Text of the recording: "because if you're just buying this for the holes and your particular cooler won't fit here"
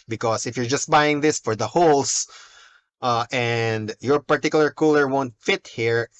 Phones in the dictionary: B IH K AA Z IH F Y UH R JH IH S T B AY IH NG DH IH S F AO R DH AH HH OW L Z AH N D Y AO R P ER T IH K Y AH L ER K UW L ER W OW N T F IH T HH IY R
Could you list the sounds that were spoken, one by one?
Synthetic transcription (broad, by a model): B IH K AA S IH F Y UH R JH IH S T B AY IH NG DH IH S F AO R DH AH HH OW L S AH N D Y AO R P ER T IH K Y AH L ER K UW L ER W OW N T F IH T HH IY R